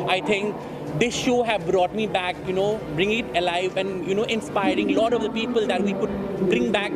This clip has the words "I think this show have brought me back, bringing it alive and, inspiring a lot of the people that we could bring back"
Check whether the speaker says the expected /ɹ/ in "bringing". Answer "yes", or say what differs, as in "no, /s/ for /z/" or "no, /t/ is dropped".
yes